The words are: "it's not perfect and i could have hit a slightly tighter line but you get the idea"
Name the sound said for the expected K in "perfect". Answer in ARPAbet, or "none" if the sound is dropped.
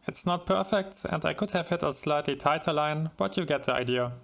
K